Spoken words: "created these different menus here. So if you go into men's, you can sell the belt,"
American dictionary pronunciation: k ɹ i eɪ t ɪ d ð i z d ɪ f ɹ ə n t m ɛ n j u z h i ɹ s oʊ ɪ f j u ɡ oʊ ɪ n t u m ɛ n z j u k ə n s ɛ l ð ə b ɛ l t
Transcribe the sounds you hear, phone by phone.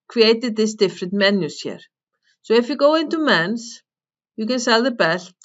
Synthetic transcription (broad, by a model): k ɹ i eɪ t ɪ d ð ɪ s d ɪ f ɹ ə n t m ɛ n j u s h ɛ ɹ s oʊ ɪ f j u ɡ oʊ ɪ n t u m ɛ n s j u k ə n s ɛ l ð ə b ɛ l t